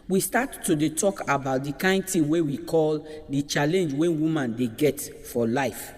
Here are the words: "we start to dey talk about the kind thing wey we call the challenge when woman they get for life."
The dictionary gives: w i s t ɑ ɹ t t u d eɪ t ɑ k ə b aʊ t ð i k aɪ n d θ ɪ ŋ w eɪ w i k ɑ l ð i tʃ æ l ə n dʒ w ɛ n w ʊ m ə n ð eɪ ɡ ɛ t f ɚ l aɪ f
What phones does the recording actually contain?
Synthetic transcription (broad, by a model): w i s t ɑ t t u d eɪ t ɑ k ə b aʊ t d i k aɪ n d t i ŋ w eɪ w i k ɑ l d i tʃ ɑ l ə n dʒ w ɛ n w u m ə n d eɪ ɡ ɛ t f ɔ l aɪ f